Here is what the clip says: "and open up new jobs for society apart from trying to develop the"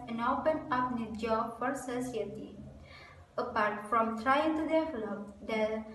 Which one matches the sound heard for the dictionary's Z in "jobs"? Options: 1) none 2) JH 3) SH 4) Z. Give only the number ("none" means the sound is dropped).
1